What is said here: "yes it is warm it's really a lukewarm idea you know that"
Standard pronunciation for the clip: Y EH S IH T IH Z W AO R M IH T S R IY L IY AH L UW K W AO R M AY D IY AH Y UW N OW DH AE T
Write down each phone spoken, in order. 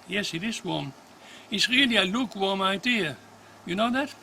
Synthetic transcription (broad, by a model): Y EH S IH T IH S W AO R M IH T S R IY L IY AH L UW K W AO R M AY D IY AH Y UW N OW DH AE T